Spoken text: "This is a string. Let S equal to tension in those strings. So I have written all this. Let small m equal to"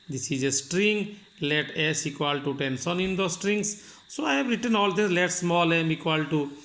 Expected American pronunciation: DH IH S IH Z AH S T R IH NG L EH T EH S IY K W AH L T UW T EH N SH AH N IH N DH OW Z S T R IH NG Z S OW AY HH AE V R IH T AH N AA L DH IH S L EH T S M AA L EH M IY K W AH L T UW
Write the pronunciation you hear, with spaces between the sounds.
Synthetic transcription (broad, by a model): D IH S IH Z AH S T R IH NG L EH T EH S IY K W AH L T UW T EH N S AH N IH N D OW S T R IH NG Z S OW AY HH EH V R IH T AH N AA L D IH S L EH T S M AA L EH M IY K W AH L T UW